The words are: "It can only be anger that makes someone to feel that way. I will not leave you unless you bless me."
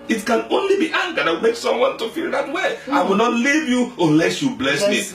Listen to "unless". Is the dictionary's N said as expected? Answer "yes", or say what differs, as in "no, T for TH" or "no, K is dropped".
yes